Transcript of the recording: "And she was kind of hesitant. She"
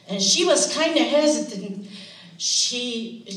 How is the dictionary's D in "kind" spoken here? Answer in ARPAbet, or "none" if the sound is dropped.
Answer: D